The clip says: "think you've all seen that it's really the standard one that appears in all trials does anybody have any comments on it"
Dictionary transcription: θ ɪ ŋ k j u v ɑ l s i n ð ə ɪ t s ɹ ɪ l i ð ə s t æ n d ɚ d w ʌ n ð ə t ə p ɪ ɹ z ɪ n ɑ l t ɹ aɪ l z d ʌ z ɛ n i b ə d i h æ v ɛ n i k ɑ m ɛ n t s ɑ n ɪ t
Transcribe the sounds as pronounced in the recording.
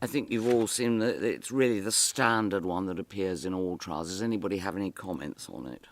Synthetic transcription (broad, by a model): θ ɪ ŋ k j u v ɑ l s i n ð ə ɪ t s ɹ ɪ l i ð ə s t æ n d ɚ d w ʌ n ð ə t ə p ɪ ɹ z ɪ n ɑ l t ɹ aɪ l z d ʌ z ɛ n i b ə d i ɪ v ɛ n i k ɑ m ɛ n t s n ɪ t